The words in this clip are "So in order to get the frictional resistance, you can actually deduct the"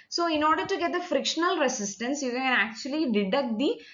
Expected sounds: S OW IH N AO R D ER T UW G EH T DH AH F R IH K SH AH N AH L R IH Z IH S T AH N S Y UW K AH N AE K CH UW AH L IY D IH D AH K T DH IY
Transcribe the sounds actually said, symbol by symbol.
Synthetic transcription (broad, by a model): S OW IH N AO R D ER T UW G EH T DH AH F R IH K SH AH N AH L R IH S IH S T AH N S Y UW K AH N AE K CH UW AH L IY D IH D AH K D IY